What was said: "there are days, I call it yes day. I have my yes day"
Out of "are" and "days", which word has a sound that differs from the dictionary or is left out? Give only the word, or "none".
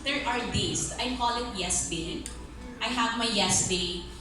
days